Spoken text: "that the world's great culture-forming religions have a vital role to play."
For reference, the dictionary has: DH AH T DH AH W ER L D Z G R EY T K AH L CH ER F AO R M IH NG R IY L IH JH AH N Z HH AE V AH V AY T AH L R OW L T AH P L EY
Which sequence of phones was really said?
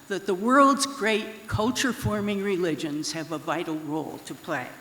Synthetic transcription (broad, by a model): DH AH T DH AH W ER L D Z G R EY T K AH L CH ER F AO R M IH NG R IY L IH JH AH N Z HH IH V AH V AY T L R OW L T AH P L EY